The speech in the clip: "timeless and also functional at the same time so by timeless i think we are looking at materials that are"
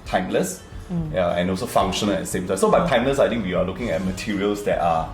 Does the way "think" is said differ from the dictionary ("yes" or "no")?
yes